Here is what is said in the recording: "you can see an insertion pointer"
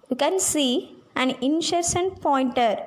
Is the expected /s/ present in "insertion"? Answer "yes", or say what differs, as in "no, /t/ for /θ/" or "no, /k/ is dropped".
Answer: no, /ʃ/ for /s/